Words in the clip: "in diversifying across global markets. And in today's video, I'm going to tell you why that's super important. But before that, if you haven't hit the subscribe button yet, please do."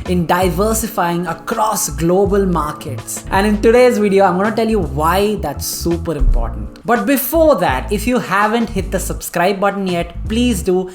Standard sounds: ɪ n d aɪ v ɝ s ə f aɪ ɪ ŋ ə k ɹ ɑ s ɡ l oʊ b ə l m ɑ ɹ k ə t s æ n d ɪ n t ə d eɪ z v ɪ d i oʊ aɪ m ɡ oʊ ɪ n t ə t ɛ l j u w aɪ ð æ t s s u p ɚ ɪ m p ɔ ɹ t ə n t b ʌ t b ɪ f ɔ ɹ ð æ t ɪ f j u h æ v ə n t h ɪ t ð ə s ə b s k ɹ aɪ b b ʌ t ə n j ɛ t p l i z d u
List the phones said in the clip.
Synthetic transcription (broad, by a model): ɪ n d aɪ v ɝ s ə f aɪ ɪ ŋ ə k ɹ ɑ s ɡ l oʊ b ə l m ɑ ɹ k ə t s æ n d ɪ n t ə d eɪ z v ɪ d i oʊ aɪ m ɡ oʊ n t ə t ɛ l j u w aɪ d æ t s s u p ɚ ɪ m p ɔ ɹ t ə n t b ʌ t b ɪ f ɔ ɹ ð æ t ɪ f j u h æ v ə n t h ɪ t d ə s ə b s k ɹ aɪ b b ʌ t ə n j ɛ t p l i z d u